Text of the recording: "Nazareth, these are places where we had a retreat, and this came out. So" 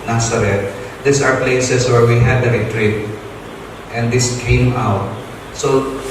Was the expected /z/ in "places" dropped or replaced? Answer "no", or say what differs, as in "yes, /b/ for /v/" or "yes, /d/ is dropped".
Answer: yes, /s/ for /z/